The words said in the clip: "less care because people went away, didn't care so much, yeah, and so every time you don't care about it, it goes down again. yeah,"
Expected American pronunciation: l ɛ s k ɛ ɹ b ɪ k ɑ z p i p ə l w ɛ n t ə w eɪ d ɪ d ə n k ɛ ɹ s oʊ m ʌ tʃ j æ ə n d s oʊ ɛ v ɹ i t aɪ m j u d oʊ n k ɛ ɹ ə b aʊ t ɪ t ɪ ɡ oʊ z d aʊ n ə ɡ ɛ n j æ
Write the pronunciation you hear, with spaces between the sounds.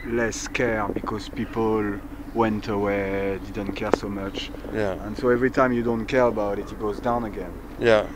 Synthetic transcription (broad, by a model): l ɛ s k ɛ ɹ b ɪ k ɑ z p i p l l w ɛ n t ə w eɪ d ɪ d ə n k ɛ ɹ s oʊ m ʌ tʃ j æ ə n s oʊ ɛ v ɹ i t aɪ m j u d oʊ n k ɛ ɹ ə b aʊ t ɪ t ɪ ɡ oʊ z d aʊ n ə ɡ ɛ n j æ